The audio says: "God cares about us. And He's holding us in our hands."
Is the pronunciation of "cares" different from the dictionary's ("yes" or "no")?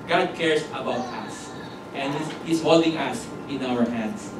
yes